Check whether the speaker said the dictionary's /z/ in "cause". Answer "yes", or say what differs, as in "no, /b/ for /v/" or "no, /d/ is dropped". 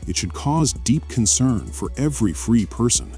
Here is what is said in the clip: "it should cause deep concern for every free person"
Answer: yes